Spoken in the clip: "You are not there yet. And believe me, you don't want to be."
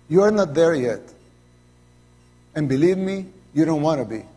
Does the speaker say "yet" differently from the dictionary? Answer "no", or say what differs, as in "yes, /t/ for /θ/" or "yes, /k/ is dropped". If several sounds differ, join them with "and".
no